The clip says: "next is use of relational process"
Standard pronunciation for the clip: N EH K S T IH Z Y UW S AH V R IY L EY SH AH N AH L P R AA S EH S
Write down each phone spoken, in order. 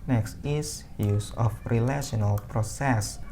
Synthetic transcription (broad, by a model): N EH K S T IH S Y UW S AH F R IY L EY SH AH N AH L P R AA S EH S